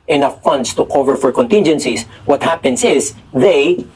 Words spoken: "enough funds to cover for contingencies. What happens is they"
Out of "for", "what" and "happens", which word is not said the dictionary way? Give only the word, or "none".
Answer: happens